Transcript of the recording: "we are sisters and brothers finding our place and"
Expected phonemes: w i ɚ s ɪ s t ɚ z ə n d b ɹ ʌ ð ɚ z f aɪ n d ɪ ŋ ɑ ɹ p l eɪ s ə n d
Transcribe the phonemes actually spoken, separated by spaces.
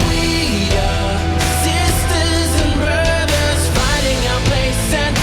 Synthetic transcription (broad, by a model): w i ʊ s ɪ s t ɚ z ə n b ɹ ʌ ð ɚ z f aɪ d ɪ ŋ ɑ p l eɪ s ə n